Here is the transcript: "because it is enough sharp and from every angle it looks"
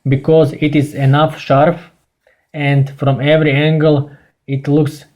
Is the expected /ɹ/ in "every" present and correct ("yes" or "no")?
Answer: yes